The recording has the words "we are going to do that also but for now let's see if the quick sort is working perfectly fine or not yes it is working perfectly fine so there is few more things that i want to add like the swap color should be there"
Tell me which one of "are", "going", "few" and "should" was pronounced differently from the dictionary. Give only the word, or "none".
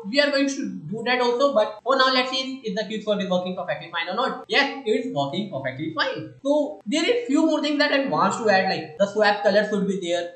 should